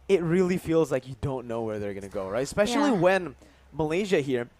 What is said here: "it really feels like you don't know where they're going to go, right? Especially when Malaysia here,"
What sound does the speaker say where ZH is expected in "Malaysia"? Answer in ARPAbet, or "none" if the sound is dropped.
ZH